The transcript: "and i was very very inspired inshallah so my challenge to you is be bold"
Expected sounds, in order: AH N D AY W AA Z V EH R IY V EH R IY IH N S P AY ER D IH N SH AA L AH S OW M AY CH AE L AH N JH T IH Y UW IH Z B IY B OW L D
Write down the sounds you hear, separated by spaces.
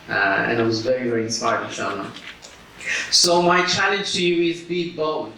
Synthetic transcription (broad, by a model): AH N AY W AA Z V EH R IY V EH R IY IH N S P AY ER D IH SH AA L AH S OW M AY CH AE L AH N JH T IH Y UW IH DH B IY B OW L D